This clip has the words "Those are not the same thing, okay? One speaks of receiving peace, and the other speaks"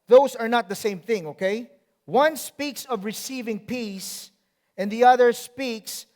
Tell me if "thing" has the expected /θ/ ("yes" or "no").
yes